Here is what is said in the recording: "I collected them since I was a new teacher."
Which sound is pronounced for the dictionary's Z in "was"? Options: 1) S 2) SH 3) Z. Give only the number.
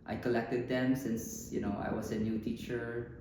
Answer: 1